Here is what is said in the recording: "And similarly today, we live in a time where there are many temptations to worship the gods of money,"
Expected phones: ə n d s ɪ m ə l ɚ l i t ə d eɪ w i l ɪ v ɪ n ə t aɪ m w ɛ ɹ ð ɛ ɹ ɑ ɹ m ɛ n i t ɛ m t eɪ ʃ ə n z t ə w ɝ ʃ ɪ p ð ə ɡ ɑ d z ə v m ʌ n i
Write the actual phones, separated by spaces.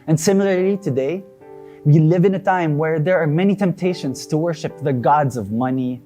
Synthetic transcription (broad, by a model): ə n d s ɪ m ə l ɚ l i t ə d eɪ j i l ɪ v ɪ n ə t aɪ m w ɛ ɹ ð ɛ ɹ ɑ ɹ m ɛ n i t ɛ m t eɪ ʃ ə n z t ə w ɝ ʃ ɪ p ð ə ɡ ɑ d z ə v m ʌ n i